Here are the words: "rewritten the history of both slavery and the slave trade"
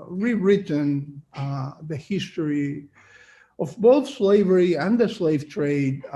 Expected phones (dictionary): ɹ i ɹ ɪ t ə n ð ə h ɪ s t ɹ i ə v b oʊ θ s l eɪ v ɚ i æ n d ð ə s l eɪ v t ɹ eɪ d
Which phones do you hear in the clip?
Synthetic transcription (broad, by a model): ɹ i ɹ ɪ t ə n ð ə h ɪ s t ɹ i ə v b oʊ θ s l eɪ v ɚ i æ n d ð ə s l eɪ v t ɹ eɪ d